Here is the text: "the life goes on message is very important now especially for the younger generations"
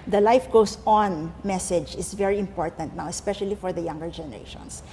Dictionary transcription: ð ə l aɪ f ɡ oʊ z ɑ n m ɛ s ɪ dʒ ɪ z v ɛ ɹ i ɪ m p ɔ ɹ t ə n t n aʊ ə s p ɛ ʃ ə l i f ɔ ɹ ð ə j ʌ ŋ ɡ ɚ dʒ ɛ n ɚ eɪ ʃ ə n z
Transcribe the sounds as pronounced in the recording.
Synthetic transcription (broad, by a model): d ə l aɪ f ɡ oʊ s ɑ n m ɛ s ɪ dʒ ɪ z v ɛ ɹ i ɪ m p ɔ ɹ t ə n t n aʊ ə s p ɛ ʃ ə l i f ɔ ɹ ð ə j ʌ ŋ ɡ ɚ dʒ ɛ n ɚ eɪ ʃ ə n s